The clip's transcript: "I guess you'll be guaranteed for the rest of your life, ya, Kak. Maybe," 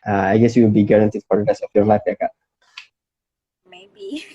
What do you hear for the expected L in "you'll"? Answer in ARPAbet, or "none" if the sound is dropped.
W